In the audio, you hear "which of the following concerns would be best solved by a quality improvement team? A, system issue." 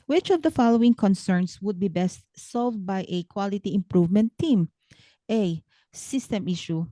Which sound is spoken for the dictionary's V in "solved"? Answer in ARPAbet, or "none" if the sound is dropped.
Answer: V